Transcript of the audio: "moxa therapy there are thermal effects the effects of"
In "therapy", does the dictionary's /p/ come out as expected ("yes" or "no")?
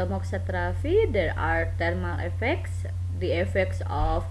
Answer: no